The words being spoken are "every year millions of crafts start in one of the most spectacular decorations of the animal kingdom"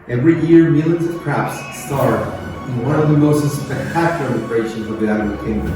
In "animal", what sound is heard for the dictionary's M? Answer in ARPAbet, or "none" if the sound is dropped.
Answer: none